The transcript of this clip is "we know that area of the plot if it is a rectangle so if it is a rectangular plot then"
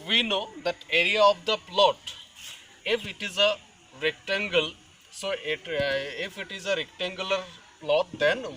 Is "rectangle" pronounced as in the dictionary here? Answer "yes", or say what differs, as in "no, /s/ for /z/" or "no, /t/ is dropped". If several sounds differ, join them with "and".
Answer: yes